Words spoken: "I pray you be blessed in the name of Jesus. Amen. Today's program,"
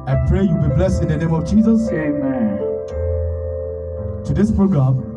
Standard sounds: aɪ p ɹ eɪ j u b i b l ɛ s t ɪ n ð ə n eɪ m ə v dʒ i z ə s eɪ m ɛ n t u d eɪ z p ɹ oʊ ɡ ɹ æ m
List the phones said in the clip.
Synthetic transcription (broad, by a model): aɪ p ɹ eɪ j u b i b l ɛ s t ɪ n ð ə n eɪ m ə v dʒ i z ə s eɪ m ɛ n t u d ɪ s p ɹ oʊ ɡ ɹ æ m